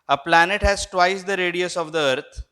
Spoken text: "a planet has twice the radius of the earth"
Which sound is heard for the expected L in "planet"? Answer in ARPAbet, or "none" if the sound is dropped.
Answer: L